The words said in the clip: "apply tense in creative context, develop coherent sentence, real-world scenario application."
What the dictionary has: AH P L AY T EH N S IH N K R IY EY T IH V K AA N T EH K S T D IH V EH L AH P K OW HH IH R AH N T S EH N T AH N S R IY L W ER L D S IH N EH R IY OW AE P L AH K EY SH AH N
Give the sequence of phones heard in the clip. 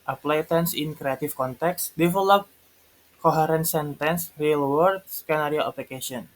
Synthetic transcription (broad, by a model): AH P L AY T EH N S IH N K R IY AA T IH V K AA N T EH K S D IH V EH L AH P K OW HH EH R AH N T S EH N T AH N S R IY L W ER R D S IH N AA R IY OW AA P L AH K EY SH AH N